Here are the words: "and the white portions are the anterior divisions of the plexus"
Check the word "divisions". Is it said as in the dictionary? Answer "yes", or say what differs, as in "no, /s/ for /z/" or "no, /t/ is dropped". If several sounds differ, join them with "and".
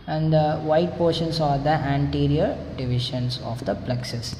no, /ʃ/ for /ʒ/